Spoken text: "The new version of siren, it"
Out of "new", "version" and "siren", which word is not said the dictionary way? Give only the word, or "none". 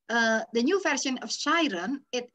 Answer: version